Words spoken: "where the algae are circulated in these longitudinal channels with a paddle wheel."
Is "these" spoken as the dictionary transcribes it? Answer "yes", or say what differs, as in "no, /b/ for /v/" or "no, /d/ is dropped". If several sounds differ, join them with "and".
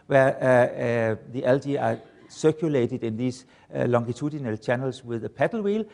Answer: no, /s/ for /z/